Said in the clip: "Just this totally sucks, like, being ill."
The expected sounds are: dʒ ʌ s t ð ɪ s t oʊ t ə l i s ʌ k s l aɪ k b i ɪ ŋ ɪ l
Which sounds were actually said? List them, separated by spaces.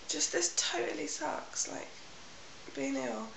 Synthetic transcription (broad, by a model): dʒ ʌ s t ð ɪ s t oʊ t ə l i s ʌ k s l aɪ k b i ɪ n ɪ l